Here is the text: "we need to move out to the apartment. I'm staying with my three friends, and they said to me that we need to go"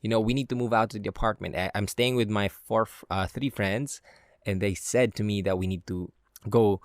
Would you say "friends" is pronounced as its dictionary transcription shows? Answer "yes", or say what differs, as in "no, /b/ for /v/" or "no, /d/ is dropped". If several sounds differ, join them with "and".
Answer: yes